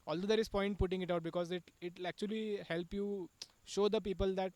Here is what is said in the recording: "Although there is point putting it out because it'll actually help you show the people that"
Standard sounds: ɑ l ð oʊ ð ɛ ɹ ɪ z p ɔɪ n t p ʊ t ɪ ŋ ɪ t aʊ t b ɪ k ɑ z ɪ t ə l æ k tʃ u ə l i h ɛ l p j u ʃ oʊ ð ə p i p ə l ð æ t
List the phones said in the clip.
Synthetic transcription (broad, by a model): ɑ l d oʊ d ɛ ɹ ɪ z p ɔɪ n t p ʊ t ɪ ŋ ɪ t aʊ t b ɪ k ɑ z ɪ t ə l æ k tʃ u ə l i h ɛ l p j u ʃ oʊ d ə p i p ə l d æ t